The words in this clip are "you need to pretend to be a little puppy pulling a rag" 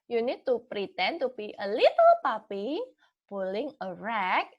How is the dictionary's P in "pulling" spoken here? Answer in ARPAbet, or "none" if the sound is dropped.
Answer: B